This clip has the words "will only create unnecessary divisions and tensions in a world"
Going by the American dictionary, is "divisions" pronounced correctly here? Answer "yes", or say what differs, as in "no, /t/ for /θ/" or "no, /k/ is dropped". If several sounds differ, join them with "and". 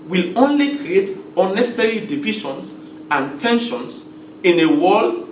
no, /ʃ/ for /ʒ/